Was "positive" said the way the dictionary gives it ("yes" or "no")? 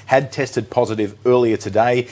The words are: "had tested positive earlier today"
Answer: yes